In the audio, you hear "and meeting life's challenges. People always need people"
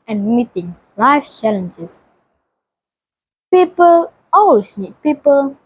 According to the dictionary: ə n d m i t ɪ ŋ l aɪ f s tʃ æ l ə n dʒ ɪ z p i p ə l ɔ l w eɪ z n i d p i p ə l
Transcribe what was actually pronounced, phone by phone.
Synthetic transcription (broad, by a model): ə n m i t ɪ ŋ l aɪ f tʃ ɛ l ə n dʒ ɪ s p i p ə l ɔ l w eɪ s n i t p i p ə l